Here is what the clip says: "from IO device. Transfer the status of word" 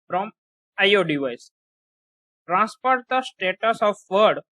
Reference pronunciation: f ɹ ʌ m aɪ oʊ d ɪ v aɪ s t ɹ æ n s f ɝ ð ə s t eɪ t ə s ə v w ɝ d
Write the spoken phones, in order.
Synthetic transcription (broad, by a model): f ɹ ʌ m aɪ oʊ d ɪ v aɪ s t ɹ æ n s p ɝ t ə s t eɪ t ə s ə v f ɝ d